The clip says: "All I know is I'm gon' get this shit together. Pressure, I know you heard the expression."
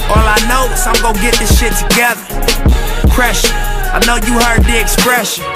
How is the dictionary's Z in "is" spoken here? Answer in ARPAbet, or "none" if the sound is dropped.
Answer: S